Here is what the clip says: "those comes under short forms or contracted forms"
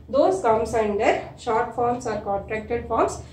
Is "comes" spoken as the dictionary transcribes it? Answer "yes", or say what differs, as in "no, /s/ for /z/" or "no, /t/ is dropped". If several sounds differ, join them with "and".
no, /s/ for /z/